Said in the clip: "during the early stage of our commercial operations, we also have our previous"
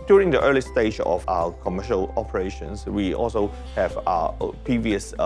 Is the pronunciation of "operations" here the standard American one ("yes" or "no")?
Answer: no